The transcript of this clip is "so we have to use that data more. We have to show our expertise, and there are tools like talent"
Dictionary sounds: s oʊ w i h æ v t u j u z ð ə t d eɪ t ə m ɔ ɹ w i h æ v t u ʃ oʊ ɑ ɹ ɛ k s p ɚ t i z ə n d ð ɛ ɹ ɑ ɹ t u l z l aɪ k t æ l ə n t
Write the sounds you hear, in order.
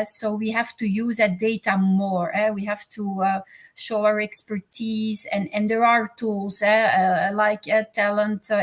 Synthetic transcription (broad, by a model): s oʊ w i h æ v t u j u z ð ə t d eɪ t ə m ɔ ɹ w i h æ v t u ʃ oʊ ɑ ɹ ɛ k s p ɚ t i z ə n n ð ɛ ɹ ɑ ɹ t u l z l aɪ k t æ l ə n t